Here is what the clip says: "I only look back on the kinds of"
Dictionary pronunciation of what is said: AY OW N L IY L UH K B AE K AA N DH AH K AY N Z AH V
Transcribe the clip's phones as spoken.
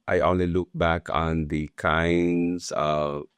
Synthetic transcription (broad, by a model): AY OW N L IY L UH K B AE K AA N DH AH K AY N Z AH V